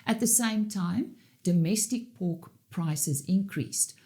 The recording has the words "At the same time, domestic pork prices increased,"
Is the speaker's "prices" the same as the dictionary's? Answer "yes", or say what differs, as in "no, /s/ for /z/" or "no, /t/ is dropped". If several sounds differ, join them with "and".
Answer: yes